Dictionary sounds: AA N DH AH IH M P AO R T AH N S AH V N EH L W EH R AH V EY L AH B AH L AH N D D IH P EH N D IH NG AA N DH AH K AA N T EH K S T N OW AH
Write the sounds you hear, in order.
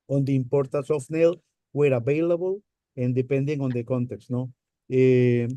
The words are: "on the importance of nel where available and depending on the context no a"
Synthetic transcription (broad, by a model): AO N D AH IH M P AO R T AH S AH F N EH L W EH R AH B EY L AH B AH L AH N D D IH P EH N D IH NG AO N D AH K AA N T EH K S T N OW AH